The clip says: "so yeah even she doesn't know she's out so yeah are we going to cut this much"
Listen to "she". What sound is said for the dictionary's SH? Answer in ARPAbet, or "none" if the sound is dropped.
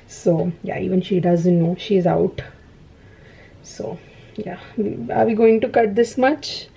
SH